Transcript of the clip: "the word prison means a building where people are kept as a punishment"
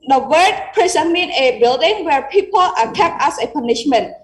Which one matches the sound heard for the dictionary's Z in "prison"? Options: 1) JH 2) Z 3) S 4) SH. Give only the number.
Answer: 3